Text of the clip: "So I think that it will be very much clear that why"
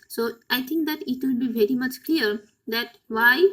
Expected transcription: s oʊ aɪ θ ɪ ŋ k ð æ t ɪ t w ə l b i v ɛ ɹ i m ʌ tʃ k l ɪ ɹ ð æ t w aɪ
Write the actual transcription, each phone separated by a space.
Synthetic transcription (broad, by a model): s oʊ aɪ t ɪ ŋ k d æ t ɪ t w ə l b i v ɛ ɹ i m ʌ tʃ k l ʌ ɹ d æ t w aɪ